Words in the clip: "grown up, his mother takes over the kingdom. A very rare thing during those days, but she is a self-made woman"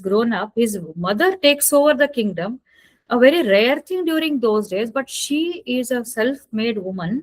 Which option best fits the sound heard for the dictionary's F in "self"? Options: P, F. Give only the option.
F